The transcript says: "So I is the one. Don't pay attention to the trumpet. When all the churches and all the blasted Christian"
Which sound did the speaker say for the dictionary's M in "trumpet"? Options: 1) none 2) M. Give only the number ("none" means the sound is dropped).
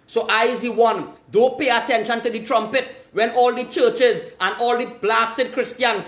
2